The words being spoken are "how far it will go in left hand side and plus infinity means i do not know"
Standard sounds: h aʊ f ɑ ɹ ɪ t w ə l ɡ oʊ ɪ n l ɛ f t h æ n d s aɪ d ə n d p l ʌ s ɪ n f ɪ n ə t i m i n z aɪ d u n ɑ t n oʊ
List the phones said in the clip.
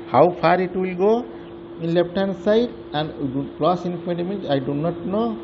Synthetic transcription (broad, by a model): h aʊ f ɑ ɹ ɪ t w ə l ɡ oʊ ɪ n l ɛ p t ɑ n s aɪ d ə n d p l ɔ s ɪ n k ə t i m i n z aɪ d u n ɑ t n oʊ